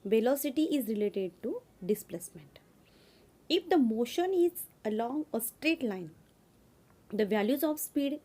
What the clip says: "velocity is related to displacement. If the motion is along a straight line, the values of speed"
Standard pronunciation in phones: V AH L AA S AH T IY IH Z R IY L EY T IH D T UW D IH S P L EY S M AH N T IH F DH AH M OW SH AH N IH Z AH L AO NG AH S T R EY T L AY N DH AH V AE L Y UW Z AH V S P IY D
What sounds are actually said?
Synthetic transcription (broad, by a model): V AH L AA S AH T IY IH Z R IY L EY T IH D T UW D IH S P L EY S M AH N T IH F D AH M OW SH AH N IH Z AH L AO NG AH S T R EY T L AY N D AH V AE L Y UW Z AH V S P IY D